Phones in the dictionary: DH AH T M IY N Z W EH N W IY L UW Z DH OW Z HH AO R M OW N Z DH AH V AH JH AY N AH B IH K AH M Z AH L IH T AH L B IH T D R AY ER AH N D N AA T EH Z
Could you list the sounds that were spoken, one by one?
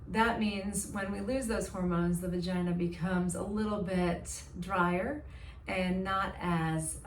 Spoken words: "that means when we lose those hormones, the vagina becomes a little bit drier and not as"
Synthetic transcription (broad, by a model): DH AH T M IY N Z W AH N W IY L UW Z DH OW Z HH AO R M OW N Z DH AH V AH JH AY N AH B IH K AH M Z AH L IH T L B IH T D R AY ER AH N N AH T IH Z